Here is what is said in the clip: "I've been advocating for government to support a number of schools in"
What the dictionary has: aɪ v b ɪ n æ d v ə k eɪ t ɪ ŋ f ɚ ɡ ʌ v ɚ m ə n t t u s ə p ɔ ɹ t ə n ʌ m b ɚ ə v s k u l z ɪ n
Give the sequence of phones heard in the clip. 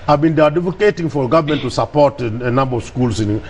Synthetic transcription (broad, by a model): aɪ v b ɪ n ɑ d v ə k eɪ t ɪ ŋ f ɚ ɡ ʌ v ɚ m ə n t t u s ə p ɔ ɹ t ə n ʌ m b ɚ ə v s k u l s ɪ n